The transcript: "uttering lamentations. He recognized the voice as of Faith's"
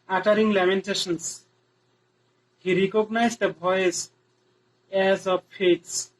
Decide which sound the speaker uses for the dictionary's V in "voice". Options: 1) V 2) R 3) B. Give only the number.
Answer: 3